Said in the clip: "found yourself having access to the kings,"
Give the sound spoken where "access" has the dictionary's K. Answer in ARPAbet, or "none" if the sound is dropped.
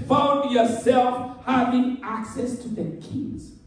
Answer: K